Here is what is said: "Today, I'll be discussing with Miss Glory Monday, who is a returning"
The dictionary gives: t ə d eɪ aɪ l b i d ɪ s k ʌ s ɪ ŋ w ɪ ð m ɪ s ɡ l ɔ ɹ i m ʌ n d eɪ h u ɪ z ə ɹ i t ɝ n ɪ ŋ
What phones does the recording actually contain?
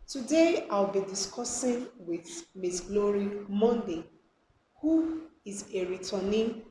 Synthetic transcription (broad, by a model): t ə d eɪ aɪ w b i d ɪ s k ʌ s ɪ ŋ w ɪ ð m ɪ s ɡ l ɔ ɹ i m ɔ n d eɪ h u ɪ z ə ɹ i t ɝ n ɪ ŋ